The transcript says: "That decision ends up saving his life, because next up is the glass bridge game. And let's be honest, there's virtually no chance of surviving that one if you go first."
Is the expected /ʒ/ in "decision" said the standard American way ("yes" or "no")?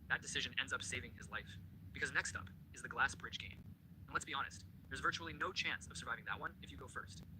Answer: yes